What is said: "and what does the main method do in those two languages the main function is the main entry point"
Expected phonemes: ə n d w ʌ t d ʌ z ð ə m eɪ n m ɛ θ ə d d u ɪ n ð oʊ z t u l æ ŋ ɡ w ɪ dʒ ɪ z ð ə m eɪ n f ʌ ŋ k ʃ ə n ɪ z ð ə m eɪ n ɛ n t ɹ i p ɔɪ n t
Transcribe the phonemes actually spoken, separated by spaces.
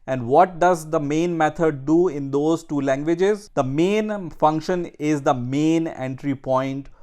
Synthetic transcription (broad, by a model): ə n d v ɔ t d ʌ z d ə m eɪ n m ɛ t ə d d u ɪ n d oʊ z t u l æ ŋ ɡ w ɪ dʒ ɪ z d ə m eɪ n f ʌ ŋ k ʃ ə n ɪ z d ə m eɪ n ɛ n t ɹ i p ɔɪ n t